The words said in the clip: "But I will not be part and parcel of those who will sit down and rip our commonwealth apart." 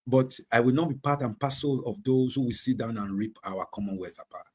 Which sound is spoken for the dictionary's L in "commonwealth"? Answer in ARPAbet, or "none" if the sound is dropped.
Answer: none